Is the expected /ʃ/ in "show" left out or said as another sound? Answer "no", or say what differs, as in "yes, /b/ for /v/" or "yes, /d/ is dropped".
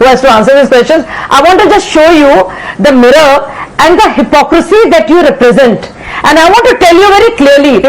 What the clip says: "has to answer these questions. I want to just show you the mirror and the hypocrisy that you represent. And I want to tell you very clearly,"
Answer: no